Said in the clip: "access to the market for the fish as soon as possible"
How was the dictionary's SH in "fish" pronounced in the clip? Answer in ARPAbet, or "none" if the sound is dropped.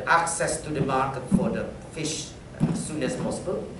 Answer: SH